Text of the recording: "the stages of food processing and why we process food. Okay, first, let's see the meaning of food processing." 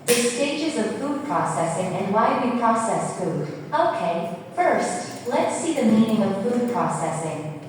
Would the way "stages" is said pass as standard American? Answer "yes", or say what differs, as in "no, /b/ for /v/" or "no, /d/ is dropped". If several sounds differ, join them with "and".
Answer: yes